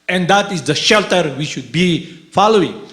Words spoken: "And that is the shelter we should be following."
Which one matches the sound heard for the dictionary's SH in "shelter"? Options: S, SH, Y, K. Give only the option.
SH